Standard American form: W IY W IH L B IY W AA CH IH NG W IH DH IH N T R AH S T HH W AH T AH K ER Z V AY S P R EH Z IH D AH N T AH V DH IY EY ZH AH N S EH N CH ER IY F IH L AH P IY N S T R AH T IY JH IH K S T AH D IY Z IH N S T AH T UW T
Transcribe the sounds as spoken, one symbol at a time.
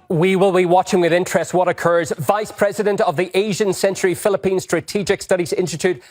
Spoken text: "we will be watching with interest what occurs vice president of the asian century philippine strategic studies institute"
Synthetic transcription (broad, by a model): W IY W IH L B IY W AA CH IH NG W IH DH IH N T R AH S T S W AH T AH K ER Z V AY S P R EH Z IH D AH N T AH V DH IY EY ZH AH N S EH N CH ER IY F IH L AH P IY N S T R AH T IY JH IH K S T AH D IY Z IH N S T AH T UW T